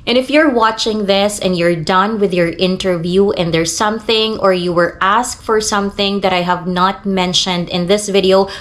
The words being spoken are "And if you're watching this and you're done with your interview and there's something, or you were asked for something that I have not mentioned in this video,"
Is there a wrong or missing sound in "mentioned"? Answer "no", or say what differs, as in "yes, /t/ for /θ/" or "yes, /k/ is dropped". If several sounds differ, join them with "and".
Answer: no